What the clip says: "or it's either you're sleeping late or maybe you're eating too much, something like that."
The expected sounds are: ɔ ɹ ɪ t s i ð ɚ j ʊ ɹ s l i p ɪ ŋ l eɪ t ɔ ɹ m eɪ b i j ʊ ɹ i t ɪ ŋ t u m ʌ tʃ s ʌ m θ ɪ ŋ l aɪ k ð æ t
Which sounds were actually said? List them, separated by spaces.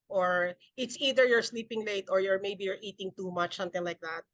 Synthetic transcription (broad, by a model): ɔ ɹ ɪ t s i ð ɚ j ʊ ɹ s l i p ɪ ŋ l eɪ t ɔ ɹ m eɪ b i j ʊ ɹ i t ɪ ŋ t u m ʌ tʃ s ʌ m t ɪ ŋ l aɪ k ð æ t